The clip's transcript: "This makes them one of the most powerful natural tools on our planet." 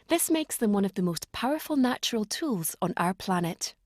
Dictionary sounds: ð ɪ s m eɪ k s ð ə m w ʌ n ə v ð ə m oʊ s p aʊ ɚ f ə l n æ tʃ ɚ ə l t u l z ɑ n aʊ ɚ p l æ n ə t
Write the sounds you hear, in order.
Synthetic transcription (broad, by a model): ð ɪ s m eɪ k s ð ə m w ʌ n ə v ð ə m oʊ s p aʊ ɚ f ə l n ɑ tʃ ɚ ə l t u l z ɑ n aʊ ɚ p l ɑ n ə t